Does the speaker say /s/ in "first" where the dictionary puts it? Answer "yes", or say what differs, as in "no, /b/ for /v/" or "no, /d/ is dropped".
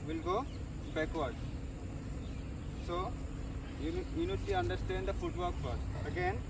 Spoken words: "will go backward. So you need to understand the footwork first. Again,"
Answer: no, /s/ is dropped